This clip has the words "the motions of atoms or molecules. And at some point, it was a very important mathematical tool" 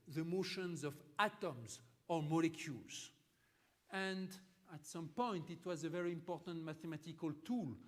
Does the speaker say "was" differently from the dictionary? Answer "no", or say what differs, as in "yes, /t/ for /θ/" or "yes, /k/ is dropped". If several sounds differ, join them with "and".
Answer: no